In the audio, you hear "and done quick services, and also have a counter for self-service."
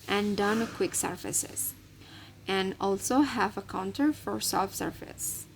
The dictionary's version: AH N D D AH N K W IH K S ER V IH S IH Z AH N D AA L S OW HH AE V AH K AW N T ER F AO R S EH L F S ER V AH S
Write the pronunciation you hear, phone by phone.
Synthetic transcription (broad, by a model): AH N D D AH N K W IH K S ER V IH S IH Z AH N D AA L S OW HH AE V AH K AW N T ER F AO R S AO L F S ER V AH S